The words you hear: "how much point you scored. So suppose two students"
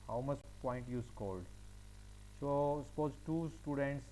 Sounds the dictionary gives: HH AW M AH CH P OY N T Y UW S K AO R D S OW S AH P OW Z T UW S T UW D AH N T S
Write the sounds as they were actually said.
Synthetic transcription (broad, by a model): HH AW M AH CH P OY N T Y UW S K AO L D S OW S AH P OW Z T UW S T UW D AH N T S